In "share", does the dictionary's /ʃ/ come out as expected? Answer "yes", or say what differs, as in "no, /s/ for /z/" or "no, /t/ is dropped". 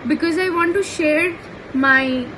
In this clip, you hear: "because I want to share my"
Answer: yes